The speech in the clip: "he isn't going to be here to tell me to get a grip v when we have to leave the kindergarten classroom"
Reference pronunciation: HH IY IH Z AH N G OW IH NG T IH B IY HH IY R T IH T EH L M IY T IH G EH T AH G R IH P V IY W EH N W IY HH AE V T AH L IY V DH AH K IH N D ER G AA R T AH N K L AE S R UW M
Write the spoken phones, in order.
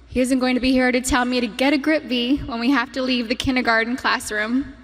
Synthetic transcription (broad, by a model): HH IY IH Z AH N G OW IH NG T IH B IY HH IY R T IH T EH L M IY T IH G EH T AH G R IH P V IY W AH N W IY HH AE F T AH L IY V DH AH K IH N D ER G AA R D N K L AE S R UW M